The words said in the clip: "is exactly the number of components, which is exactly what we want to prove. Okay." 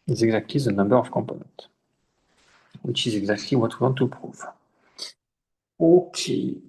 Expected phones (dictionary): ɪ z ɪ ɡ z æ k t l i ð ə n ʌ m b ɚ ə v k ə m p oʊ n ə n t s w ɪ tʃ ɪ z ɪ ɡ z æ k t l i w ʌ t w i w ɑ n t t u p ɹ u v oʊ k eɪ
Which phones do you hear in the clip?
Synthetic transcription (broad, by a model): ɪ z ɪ ɡ z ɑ k t l i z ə n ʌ m b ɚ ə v k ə m p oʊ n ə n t w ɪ tʃ ɪ z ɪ ɡ z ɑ k t l i w ʌ t w i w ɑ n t t u p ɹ u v oʊ k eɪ